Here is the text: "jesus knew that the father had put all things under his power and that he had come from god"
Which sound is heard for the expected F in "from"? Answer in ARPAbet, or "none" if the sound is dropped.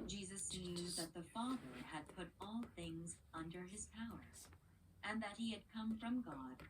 F